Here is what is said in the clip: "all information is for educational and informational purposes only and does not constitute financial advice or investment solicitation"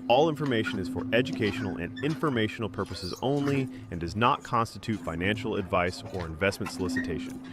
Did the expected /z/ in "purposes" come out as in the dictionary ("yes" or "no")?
yes